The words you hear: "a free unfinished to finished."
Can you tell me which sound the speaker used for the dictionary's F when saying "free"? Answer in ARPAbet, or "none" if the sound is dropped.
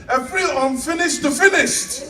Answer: P